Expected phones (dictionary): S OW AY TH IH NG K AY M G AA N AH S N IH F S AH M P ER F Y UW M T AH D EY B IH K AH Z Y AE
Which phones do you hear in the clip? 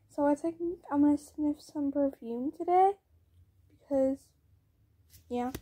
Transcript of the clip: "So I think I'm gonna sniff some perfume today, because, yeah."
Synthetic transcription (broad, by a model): S OW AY S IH K AY M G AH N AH S N IH F S AH M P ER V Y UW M T AH D EY B IH K AH Z Y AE